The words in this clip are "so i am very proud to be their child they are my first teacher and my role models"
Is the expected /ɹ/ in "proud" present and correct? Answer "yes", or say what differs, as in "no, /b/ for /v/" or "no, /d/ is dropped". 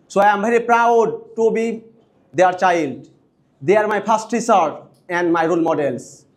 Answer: yes